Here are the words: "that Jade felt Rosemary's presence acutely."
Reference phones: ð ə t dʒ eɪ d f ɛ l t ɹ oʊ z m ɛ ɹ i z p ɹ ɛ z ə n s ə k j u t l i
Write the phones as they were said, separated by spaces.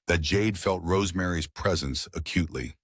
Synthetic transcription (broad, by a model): ð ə t dʒ eɪ d f ɛ l t ɹ oʊ z m ɛ ɹ i z p ɹ ɛ z ə n s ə k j u t l i